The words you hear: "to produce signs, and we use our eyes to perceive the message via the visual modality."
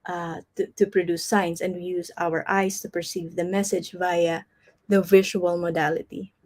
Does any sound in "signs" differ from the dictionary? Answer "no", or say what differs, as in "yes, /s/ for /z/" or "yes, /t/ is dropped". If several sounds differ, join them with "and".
yes, /s/ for /z/